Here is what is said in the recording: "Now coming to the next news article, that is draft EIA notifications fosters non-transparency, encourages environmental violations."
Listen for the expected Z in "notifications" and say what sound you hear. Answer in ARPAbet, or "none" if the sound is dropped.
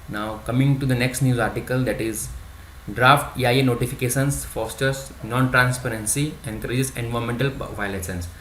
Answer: S